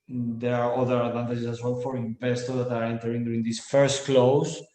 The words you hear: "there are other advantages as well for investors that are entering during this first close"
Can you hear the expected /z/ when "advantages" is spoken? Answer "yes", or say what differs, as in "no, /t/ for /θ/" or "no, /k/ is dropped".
no, /s/ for /z/